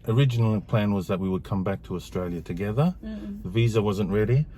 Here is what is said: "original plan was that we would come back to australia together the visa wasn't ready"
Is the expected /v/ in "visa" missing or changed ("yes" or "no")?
no